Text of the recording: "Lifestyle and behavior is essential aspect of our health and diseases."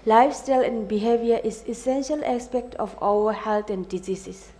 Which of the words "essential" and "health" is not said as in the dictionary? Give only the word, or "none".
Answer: health